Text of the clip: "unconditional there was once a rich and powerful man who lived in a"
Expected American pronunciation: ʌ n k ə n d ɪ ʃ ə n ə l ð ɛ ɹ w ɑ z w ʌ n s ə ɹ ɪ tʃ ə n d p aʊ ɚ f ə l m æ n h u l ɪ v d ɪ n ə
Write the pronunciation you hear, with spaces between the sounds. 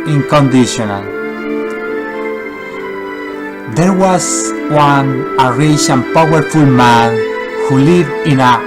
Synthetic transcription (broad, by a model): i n k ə n d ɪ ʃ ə n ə l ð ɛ ɹ w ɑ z w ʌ n ə ɹ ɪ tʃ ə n p aʊ ɚ f ə l m æ n h u l ɪ v d ɪ n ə